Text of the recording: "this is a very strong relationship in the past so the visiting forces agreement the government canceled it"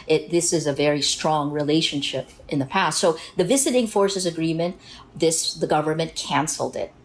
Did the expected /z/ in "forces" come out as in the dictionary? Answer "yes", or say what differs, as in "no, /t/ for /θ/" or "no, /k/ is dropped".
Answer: yes